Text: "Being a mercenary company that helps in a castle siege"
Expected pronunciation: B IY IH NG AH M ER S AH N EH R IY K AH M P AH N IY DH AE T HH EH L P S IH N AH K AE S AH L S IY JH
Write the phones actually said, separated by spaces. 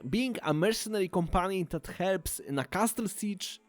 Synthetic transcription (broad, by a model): B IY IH NG AH M ER S AH N EH R IY K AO M P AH N IY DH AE T HH EH L P S IH N AH K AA S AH L S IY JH